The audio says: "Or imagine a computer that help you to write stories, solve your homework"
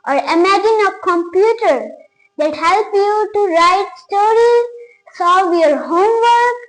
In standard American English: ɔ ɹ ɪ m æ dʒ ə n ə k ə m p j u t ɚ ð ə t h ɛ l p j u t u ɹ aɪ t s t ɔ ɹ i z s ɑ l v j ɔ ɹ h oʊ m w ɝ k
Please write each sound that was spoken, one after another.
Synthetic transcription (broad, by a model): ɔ ɹ ɪ m æ dʒ ə n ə k ə m p j u t ɚ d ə t h ɛ l p j u t u ɹ aɪ t s t ɔ ɹ i z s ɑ v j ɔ ɹ h oʊ m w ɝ k